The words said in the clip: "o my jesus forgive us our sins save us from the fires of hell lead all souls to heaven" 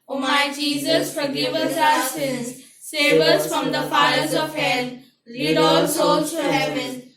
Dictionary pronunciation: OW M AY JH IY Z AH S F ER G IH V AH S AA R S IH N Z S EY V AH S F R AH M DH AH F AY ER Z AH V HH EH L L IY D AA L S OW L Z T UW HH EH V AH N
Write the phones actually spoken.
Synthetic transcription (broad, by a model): OW M AY JH IY Z AH S F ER G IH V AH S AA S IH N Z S EY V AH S F R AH M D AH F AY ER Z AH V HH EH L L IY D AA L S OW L T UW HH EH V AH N